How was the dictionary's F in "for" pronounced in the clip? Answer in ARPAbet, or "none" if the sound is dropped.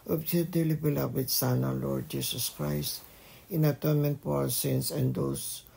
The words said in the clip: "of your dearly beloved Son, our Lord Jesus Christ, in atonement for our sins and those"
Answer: P